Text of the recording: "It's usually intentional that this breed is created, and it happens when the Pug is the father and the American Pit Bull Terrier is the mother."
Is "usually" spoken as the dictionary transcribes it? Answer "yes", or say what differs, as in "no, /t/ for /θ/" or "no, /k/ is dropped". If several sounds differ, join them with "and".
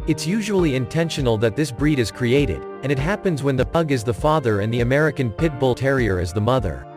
yes